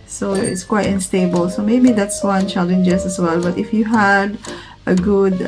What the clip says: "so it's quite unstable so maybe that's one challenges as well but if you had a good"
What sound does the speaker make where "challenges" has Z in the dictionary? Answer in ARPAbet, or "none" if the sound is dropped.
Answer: S